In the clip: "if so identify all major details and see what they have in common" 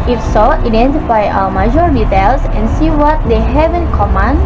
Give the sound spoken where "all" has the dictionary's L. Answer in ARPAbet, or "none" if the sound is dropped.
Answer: W